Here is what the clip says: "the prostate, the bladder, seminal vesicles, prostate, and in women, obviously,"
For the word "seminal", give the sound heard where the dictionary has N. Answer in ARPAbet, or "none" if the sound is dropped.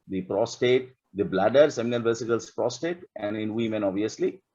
L